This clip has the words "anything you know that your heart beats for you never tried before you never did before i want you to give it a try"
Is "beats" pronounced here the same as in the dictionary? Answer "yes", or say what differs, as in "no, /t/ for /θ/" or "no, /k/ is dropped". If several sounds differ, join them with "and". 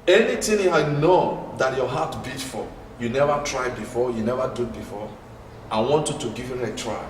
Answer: no, /s/ is dropped